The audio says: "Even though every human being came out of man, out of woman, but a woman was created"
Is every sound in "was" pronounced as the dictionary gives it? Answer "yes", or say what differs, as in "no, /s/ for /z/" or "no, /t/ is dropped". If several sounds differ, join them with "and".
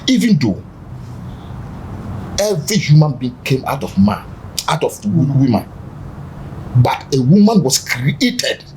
no, /s/ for /z/